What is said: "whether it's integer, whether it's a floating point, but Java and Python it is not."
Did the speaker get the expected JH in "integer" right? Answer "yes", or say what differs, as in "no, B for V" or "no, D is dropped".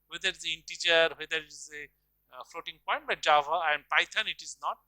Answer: no, CH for JH